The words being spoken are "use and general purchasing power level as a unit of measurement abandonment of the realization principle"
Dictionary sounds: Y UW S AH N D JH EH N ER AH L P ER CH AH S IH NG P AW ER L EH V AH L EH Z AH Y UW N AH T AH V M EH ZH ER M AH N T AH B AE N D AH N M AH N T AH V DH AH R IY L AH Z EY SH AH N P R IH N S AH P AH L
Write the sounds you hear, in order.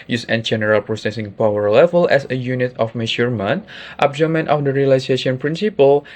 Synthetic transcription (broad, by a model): Y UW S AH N JH EH N ER AH L P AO S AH S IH NG P AW ER L EH V AH L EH S AH Y UW N AH T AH F M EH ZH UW M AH N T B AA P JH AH M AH N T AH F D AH R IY L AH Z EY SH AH N P R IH N S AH P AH L